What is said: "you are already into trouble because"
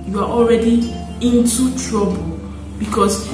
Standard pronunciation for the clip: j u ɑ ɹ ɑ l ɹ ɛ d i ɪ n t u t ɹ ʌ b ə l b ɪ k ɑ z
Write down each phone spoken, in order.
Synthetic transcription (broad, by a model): j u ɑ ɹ ɑ l ɹ ɛ d i ɪ n t u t ɹ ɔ b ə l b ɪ k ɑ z